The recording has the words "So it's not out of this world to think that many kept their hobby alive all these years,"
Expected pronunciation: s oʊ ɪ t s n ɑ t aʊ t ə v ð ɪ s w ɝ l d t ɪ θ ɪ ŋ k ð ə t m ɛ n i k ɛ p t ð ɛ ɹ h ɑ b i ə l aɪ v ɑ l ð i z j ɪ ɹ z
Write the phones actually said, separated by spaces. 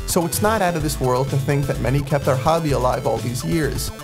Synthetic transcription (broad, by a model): s oʊ ɪ t s n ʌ t aʊ t ə v ð ɪ s w ɝ l d t ɪ θ ɪ ŋ k ð ə t m ɛ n i k ɛ p t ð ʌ ɹ h ɑ b i ə l aɪ v ɑ l ð i z j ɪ ɹ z